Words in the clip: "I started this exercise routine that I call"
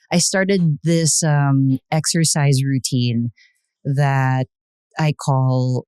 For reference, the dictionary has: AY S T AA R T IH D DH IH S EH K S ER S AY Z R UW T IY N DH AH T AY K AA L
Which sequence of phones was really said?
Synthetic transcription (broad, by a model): AY S T AA R T IH D DH IH S EH K S ER S AY Z R UW T IY N DH AH T AY K AA L